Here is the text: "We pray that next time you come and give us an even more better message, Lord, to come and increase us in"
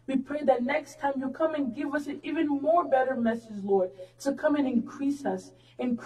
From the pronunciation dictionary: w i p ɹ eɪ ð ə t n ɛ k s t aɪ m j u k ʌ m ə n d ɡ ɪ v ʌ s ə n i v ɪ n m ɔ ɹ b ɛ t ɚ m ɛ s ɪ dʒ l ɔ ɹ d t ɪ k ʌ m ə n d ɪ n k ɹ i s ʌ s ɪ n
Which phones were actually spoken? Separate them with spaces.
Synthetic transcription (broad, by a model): w i p ɹ eɪ ð ə t n ɛ k s t aɪ m j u k ʌ m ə n ɡ ɪ v ʌ s ə n i v ɪ n m ɔ ɹ b ɛ t ɚ m ɛ s ɪ dʒ l ɔ ɹ d t ɪ k ʌ m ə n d ɪ n k ɹ i s ʌ s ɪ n